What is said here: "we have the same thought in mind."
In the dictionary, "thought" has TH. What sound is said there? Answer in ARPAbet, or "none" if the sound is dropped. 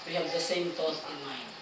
T